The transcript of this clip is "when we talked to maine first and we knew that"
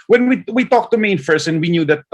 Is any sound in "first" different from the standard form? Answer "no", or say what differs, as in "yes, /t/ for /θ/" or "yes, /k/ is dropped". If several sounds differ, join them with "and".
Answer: yes, /t/ is dropped